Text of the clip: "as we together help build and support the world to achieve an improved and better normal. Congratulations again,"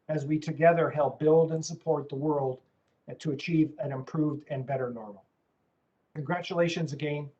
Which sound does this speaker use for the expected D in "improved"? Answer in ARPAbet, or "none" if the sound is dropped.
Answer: D